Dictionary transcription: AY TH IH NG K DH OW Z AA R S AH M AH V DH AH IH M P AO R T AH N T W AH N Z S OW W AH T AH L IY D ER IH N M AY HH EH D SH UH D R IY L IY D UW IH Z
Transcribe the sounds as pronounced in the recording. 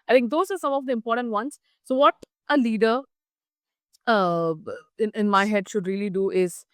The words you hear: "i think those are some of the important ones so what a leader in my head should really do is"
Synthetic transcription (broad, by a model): AY T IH NG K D OW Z AA R S AH M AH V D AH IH M P AO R T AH N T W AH N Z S OW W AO T AH L IY D ER IH N M AY HH EH D SH UH D R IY L IY D UW IH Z